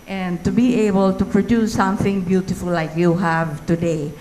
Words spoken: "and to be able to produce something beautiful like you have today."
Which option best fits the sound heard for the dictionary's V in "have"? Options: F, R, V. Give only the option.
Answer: V